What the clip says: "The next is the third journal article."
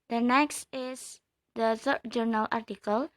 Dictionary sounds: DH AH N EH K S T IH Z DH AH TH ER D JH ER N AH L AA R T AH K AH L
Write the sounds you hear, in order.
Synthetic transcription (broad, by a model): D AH N EH K S T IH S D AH S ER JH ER N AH L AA R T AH K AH L